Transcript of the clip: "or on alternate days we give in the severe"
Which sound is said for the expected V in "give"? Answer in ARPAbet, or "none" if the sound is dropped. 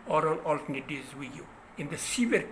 none